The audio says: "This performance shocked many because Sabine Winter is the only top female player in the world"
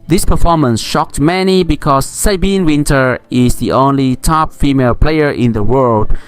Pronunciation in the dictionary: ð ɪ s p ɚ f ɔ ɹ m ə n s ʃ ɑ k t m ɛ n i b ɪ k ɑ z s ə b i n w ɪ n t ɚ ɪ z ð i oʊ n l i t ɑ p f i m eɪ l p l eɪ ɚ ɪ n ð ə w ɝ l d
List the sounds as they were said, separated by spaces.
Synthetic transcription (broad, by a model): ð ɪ s p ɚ f ɔ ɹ m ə n s ʃ ɑ k t m ɛ n i b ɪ k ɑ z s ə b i n w ɪ n t ɚ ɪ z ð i oʊ n l i t ɑ p f i m eɪ l p l eɪ ɚ ɪ n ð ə w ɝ l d